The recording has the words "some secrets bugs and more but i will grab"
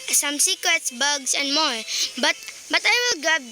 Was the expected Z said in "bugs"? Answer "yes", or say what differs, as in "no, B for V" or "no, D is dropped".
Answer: no, S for Z